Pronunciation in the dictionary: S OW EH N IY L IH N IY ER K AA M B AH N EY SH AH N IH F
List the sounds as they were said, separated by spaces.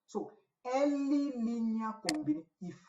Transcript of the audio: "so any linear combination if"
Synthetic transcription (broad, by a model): S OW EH L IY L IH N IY K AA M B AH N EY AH IH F